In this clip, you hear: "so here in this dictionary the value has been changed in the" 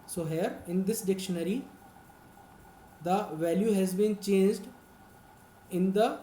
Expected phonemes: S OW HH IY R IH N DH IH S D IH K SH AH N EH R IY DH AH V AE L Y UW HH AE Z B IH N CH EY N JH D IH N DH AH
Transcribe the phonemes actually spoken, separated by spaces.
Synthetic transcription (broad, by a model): S OW HH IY R IH N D IH S D IH K SH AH N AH R IY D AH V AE L Y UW HH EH Z B IH N CH EY N JH D IH N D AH